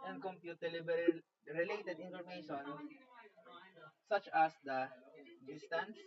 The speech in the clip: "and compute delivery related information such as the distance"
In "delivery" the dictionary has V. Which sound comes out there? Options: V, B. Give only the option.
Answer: B